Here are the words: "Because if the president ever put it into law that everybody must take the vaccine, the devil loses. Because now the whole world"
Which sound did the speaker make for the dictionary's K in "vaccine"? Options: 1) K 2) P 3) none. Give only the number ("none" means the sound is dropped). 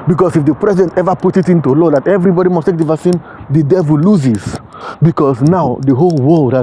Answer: 3